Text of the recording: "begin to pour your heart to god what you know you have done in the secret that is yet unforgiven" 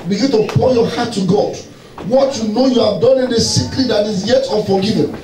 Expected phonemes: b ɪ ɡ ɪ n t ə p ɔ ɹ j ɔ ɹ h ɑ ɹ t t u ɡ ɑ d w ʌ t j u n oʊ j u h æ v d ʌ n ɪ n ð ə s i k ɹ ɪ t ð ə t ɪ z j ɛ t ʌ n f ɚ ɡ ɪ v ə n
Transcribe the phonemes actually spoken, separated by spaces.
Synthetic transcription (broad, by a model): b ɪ ɡ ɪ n t ə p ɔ l j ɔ h ɑ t t u ɡ ɑ d w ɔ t j u n oʊ j u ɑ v d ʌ n ɪ n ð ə s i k l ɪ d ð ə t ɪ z j ɛ t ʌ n f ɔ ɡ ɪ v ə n